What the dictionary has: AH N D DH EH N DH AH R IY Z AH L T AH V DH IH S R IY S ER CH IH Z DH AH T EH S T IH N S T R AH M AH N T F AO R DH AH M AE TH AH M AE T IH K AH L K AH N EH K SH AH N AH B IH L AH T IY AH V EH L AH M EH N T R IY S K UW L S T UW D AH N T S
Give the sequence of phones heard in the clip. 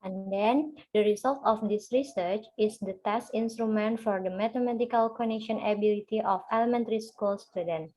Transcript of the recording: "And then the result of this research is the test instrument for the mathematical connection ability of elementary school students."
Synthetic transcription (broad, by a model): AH N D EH N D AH R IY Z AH L T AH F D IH S R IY S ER CH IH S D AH T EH S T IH N S T R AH M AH N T F AO R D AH M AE T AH M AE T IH K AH L K AH N EH K SH AH N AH B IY L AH T IY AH F EH L AH M EH N T R IY S K UW L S T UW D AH N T